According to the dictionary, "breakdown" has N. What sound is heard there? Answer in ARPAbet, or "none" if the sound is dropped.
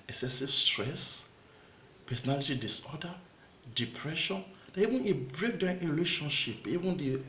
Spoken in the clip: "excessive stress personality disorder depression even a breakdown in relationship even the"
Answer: none